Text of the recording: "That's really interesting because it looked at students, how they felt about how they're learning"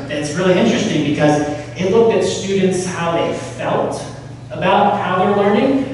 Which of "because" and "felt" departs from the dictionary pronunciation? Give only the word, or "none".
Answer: none